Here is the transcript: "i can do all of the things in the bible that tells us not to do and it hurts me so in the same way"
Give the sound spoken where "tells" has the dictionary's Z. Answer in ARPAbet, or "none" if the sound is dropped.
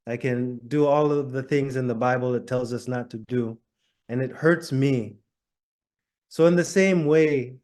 Z